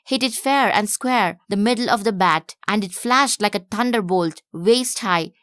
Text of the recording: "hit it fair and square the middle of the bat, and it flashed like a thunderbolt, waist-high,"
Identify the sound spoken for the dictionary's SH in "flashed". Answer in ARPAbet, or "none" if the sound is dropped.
SH